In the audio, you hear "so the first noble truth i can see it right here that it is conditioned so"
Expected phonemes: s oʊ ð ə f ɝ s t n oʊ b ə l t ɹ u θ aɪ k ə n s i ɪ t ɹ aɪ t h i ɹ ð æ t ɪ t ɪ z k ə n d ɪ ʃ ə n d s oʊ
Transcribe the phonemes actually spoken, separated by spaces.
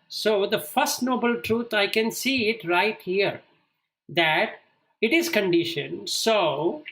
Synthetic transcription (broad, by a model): s oʊ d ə f ɝ s t n oʊ b ə l t ɹ u t aɪ k ə n s i ɪ t ɹ aɪ t h i ɹ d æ t ɪ t ɪ z k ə n d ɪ ʃ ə n s oʊ